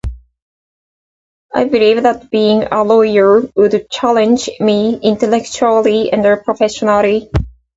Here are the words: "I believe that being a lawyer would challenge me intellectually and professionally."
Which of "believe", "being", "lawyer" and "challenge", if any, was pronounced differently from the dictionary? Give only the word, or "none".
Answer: none